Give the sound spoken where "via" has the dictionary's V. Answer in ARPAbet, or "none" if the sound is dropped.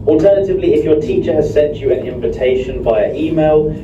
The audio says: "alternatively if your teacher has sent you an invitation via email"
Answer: B